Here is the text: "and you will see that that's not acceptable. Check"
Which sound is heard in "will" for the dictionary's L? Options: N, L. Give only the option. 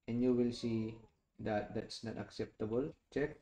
L